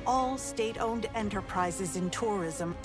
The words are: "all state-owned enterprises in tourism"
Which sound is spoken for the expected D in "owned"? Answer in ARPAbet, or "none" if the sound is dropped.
D